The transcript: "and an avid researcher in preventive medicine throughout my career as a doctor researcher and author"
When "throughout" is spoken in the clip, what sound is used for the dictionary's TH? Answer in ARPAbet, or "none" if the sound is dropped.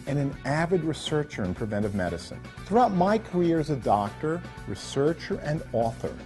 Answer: TH